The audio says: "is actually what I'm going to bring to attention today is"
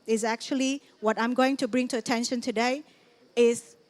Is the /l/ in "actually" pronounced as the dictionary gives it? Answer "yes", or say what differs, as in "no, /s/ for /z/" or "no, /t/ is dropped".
yes